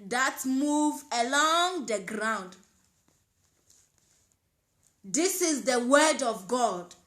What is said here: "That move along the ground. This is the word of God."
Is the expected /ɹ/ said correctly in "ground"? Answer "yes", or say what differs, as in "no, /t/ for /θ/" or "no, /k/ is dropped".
yes